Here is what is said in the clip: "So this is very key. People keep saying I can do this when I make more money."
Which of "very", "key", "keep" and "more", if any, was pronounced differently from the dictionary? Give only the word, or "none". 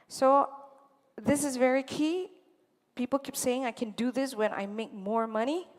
none